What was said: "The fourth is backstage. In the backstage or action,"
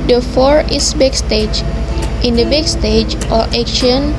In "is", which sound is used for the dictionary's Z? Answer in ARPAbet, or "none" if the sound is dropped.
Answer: S